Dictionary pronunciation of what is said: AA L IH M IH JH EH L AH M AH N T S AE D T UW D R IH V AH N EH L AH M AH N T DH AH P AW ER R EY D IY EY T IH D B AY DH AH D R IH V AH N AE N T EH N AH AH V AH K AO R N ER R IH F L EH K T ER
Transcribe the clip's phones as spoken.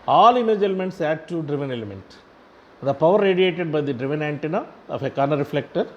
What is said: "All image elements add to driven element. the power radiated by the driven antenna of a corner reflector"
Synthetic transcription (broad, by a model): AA L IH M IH JH EH L AH M AH N T S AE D T UW D R IH V AH N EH L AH M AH N T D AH P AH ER R EY D IY EY T IH D B AY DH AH D R IH V AH N AE N T EH N AH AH F AH K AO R N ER R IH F L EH K T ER